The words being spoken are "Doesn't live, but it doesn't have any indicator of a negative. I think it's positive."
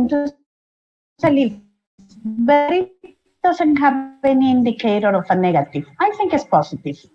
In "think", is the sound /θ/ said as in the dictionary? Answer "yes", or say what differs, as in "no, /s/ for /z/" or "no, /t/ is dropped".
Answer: no, /t/ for /θ/